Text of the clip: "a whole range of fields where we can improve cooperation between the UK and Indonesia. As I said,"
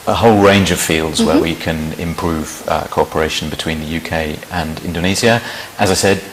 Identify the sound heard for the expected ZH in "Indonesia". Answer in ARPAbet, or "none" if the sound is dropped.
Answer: Z